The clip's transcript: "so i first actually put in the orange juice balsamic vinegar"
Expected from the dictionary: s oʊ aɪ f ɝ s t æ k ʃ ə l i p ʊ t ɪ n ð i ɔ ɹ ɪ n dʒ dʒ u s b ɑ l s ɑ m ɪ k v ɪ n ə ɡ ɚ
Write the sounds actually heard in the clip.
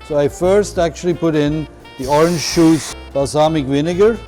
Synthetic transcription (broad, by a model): s oʊ aɪ f ɝ s t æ k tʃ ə l i p ʊ t ɪ n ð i ɔ ɹ ɪ n dʒ ʃ u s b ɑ s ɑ m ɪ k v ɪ n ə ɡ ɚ